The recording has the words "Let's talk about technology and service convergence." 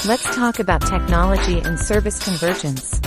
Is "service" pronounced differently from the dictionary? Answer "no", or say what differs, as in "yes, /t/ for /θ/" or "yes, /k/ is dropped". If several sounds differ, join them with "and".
no